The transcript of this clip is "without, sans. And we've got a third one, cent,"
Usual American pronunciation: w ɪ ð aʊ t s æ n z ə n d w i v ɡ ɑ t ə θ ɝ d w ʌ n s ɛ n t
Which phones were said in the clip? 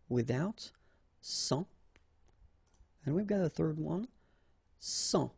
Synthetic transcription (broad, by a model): w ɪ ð aʊ t s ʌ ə n w i v ɡ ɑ t ə θ ɝ d w ʌ n s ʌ